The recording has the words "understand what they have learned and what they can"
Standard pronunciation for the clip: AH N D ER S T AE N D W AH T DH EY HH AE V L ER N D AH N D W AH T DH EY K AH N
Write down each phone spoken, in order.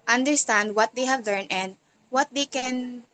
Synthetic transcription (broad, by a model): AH N D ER S T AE N D W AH T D EY HH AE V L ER N AH N D W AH T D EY K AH N